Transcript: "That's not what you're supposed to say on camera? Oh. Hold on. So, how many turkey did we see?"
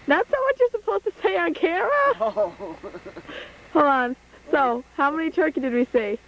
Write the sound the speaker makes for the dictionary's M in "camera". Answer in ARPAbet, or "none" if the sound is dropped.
none